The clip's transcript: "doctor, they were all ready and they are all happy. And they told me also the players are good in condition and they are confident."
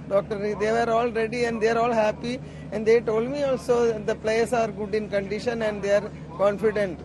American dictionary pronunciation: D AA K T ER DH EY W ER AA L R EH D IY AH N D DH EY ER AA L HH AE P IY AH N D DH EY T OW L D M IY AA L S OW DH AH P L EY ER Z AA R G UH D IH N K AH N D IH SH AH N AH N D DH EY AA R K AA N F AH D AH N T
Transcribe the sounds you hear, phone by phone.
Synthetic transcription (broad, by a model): D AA K T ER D EY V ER AA L R EH D IY AH N D EY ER AA L HH AE P IY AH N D EY T OW L D M IY AA L S OW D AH P L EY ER S AA R G UH D IH N K AH N D IH SH AH N AH N D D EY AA R K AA N F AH D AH N T